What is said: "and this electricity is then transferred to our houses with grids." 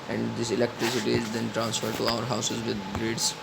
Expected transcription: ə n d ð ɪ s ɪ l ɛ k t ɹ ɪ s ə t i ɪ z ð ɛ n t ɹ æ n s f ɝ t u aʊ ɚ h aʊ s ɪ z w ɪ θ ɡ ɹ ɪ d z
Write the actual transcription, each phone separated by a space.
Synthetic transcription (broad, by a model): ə n d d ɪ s ɪ l ɛ k t ɹ ɪ s ə t i ɪ z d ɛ n t ɹ æ n s f ɝ t u aʊ ɚ h aʊ s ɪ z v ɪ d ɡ ɹ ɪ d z